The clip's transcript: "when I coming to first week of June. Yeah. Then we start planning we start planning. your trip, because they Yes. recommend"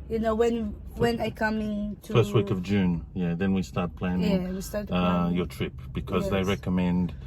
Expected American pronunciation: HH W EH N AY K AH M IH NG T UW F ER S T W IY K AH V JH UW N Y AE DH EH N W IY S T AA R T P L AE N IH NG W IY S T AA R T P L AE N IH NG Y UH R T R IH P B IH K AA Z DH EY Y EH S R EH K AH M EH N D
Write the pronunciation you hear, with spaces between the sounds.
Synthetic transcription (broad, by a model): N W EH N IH K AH M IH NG T UW F ER S T W IY K AH V JH UW N Y AE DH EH N W IY S T AA R T P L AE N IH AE W IY S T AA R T Y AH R T R IH P B IH K AA Z DH EY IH R EH K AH M EH N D